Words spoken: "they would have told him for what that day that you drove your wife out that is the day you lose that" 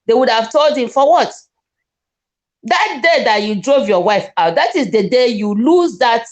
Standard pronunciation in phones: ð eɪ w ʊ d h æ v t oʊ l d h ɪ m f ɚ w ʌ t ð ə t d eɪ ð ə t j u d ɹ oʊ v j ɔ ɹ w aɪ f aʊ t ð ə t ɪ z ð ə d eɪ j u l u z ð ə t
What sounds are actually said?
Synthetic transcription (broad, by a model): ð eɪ w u d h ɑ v t oʊ l d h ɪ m f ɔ w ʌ t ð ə t d eɪ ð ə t j u d ɹ oʊ v j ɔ w aɪ f aʊ t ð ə t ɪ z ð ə d eɪ j u l u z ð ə t